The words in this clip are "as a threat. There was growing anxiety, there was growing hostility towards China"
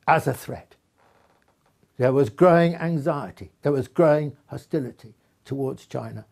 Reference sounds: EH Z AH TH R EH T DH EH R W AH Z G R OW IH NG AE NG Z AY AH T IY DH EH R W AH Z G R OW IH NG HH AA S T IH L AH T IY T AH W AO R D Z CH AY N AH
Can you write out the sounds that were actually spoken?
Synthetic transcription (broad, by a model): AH Z AH TH R EH T DH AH R W AH Z G R OW IH NG AE NG Z AY AH T IY DH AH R W AH Z G R OW IH NG HH AA S T IH L AH T IY T AH W AO R D Z CH AY N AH